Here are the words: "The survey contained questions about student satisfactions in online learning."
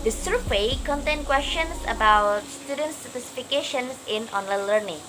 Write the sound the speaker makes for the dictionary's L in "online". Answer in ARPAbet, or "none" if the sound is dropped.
L